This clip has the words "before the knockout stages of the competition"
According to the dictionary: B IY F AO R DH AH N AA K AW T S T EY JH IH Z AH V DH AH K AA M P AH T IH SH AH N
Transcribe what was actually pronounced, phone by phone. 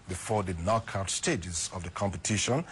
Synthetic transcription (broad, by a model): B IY F AO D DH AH N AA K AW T S T EY JH IH Z AH V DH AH K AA M P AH T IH SH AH N